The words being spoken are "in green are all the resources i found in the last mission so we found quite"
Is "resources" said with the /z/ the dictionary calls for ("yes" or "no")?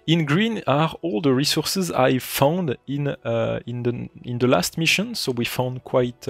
yes